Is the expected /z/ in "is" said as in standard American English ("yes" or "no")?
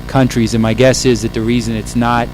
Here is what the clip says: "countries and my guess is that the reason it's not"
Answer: yes